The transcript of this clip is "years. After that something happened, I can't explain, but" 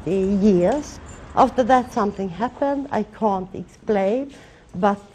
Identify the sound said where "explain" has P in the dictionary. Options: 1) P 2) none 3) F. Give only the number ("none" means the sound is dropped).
1